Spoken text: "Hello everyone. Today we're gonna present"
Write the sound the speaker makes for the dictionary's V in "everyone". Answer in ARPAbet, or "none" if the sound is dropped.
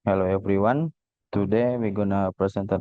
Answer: P